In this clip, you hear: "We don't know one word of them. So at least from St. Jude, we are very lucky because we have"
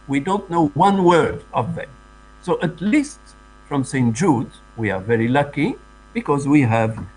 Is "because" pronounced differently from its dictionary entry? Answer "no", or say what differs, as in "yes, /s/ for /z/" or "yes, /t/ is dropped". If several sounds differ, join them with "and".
no